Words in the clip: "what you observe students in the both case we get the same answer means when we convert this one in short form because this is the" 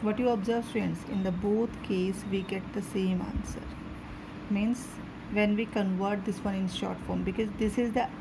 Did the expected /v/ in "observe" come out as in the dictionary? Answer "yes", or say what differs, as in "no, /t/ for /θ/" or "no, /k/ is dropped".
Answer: yes